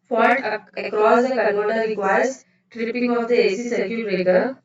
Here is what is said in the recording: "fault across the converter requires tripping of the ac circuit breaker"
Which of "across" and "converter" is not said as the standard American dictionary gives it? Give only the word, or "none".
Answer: converter